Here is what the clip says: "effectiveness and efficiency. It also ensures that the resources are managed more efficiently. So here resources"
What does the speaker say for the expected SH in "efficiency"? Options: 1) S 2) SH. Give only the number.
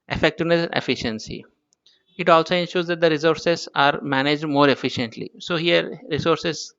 2